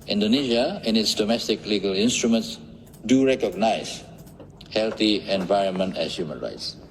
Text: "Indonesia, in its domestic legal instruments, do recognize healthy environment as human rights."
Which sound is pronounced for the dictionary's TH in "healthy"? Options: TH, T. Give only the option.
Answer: T